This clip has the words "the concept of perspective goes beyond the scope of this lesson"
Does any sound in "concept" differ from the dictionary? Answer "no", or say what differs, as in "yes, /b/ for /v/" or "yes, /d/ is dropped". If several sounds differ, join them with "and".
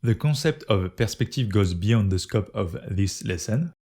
yes, /n/ is dropped